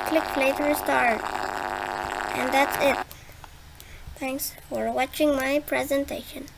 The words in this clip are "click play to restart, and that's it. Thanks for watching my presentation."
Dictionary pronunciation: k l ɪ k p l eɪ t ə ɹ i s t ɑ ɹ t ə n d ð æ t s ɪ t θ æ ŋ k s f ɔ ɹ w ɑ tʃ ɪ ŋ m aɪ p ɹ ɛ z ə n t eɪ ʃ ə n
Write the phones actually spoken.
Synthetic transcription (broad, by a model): k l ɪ k f l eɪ t ə ɹ s t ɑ ɹ t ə n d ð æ t s ɪ t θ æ ŋ k s f ɔ ɹ w ɑ tʃ ɪ ŋ m aɪ p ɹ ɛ z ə n t eɪ ʃ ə n